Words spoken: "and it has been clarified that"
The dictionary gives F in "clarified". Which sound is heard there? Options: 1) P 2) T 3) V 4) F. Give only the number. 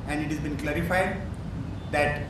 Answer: 4